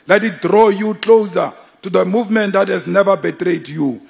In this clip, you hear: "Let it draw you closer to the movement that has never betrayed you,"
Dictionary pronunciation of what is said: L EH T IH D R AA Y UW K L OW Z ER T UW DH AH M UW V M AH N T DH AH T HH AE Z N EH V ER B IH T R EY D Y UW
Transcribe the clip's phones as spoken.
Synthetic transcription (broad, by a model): L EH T IH D R AA Y UW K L OW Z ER T UW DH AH M UW V M AH N T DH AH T HH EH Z N EH V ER B IH T R EY D Y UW